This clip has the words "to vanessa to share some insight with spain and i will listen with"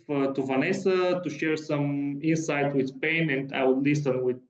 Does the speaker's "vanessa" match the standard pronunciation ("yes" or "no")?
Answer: yes